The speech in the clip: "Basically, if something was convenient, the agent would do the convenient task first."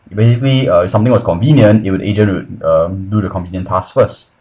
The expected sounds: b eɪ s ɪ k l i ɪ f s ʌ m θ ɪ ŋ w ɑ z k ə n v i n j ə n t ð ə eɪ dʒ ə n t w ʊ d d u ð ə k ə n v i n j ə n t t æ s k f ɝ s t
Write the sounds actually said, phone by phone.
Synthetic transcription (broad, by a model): b eɪ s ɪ k l i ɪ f s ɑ m t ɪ ŋ w ɑ s k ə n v i n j ə n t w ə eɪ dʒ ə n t w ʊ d d u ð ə k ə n v i n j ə n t t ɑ s f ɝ s t